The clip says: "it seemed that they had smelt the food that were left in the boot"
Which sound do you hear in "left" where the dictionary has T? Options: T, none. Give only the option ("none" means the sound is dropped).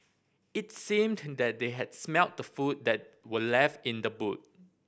T